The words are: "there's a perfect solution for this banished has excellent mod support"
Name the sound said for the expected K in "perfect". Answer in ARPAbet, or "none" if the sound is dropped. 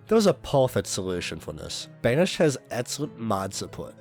none